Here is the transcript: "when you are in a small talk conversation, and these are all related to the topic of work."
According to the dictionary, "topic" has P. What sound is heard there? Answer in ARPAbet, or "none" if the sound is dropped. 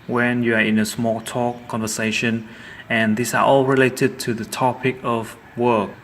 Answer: P